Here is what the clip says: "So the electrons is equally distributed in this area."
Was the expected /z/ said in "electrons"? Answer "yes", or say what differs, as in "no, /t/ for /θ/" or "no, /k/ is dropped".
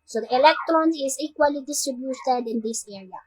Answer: no, /z/ is dropped